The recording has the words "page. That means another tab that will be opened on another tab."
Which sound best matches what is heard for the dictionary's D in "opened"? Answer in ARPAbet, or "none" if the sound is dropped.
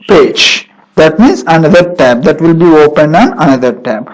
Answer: D